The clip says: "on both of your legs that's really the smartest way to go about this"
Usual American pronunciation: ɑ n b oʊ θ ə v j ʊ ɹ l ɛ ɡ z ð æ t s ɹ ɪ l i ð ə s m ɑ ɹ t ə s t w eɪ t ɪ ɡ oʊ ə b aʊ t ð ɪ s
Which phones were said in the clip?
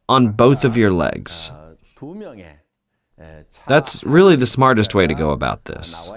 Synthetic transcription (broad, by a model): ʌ n b oʊ θ ə v j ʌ ɹ l ɛ ɡ z ð æ t s ɹ ɪ l i ð ə s m ɑ ɹ t ə s t w eɪ t ɪ ɡ oʊ ə b aʊ t ð ɪ s